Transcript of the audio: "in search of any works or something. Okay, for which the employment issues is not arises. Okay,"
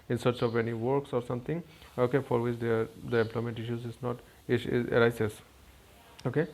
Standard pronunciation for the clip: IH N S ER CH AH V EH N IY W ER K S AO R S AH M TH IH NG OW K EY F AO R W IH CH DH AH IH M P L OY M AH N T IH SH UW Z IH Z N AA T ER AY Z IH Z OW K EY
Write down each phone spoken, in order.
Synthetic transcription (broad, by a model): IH N S ER CH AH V EH N IY W ER K S AO R S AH M T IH NG OW K EY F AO R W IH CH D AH IH M P L OY M AH N T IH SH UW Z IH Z N AA T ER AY S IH S OW K EY